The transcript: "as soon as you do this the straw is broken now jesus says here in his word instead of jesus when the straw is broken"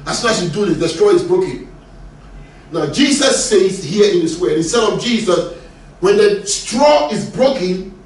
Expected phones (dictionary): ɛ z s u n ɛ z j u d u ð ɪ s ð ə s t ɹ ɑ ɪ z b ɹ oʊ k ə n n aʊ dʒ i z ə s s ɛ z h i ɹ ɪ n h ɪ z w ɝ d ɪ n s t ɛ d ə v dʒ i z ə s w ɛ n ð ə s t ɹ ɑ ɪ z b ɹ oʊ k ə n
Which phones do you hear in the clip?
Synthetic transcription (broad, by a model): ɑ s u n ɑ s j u d u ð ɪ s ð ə s t ɹ ɑ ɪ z b ɹ oʊ k ə n n aʊ dʒ i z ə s s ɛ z h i ɪ n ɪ s w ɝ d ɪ s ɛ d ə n dʒ i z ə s w ɛ n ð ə s t ɹ ɑ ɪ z b ɹ oʊ k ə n